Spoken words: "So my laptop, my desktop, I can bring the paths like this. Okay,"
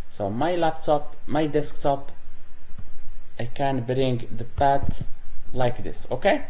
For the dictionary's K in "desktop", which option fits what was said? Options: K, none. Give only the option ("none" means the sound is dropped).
K